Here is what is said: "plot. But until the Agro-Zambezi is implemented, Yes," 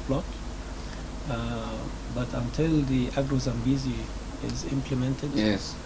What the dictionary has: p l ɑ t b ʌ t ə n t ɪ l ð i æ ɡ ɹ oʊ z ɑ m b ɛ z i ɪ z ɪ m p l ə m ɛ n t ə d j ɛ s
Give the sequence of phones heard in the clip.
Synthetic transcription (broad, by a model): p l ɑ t b ʌ t ə n t ɪ l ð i æ ɡ ɹ oʊ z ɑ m b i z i ɪ z ɪ m p l ə m ɛ n t ə d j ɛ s